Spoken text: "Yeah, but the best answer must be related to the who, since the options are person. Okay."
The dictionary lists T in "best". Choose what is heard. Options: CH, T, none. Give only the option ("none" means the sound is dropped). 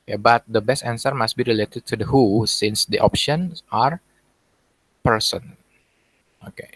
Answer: T